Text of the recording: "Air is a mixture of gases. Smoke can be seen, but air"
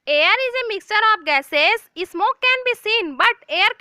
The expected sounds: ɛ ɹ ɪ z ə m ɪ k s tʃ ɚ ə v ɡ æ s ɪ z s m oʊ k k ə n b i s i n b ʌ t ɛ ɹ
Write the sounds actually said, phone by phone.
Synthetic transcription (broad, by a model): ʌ ɹ ɪ z ə m ɪ k s tʃ ɚ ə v ɡ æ s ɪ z s m oʊ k k ə n b i s i n b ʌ t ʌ ɹ